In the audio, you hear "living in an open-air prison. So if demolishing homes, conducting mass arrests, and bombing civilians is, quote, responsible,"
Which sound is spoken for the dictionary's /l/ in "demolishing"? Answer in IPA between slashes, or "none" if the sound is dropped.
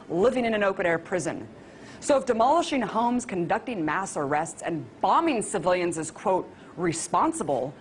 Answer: /l/